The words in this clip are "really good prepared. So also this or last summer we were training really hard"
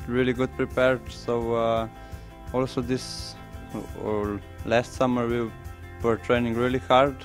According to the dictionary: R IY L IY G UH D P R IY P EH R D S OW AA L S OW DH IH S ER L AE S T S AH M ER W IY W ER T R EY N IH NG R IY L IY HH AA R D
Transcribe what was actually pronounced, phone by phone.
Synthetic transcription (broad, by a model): R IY L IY G UH D P R IY P EH R D S OW AA L S OW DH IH S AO L AE S T S AH M ER W IY W ER T R EY N IH NG R IY L IY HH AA R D